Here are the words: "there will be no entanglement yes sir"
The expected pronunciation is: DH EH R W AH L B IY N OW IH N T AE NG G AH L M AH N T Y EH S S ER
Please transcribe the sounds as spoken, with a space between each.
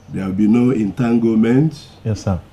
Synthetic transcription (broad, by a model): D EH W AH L B IY N OW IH N T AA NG G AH M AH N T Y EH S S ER